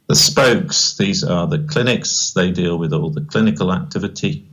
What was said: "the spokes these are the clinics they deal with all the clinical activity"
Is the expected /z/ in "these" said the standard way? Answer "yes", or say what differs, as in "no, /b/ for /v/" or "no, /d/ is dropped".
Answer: yes